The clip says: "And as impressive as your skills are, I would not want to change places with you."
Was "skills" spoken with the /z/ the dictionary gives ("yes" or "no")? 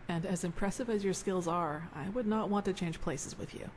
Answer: yes